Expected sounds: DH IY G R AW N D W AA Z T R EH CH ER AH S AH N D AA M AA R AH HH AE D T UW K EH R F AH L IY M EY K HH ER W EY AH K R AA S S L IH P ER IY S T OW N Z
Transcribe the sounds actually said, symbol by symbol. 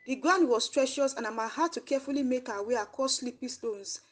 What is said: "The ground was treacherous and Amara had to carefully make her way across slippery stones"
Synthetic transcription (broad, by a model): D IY G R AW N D W AA S T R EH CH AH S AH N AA M AA AH HH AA T UW K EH F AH L IY M EY K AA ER W EY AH K AA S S L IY P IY S T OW N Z